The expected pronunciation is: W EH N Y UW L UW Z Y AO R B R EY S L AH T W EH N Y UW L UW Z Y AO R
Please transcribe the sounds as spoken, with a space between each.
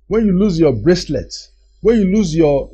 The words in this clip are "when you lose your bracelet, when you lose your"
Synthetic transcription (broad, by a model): W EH N Y UW L UW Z Y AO B R EY S L AH T W EH N Y UW L UW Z Y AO